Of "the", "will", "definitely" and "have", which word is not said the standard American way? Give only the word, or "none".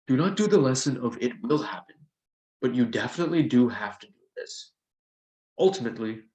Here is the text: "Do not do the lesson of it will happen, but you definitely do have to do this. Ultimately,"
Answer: have